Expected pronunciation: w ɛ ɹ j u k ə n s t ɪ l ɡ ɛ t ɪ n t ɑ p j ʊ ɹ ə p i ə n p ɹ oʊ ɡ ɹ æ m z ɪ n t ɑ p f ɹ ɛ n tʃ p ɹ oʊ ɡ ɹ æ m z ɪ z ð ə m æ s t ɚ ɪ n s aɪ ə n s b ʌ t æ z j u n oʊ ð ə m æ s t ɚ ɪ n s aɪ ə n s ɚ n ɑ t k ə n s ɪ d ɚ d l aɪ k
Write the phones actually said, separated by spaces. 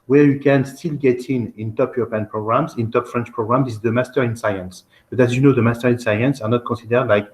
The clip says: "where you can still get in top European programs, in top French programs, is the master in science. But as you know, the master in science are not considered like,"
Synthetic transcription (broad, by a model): w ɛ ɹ j u k ə n s t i l ɡ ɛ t ɪ n t ɑ p j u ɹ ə p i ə n p ɹ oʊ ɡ ɹ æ m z ɪ n t ɑ p f ɹ ɛ n tʃ p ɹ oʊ ɡ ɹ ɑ m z ɪ z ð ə m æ s t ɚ ɪ n s aɪ ə n s b ʌ t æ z j u n oʊ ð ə m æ s t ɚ ɪ n s aɪ ə n s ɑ n ɑ t k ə s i d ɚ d l aɪ k